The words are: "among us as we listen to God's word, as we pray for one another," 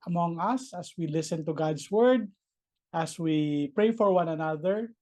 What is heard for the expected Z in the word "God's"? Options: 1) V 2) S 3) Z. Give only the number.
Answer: 2